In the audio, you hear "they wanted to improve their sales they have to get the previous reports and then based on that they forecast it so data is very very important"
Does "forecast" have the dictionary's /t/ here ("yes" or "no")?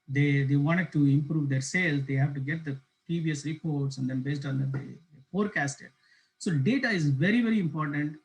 yes